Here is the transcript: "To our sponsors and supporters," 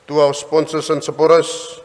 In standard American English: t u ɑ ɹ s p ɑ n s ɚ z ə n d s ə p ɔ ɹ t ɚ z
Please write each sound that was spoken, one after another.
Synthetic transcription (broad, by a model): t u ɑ w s p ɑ n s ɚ s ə n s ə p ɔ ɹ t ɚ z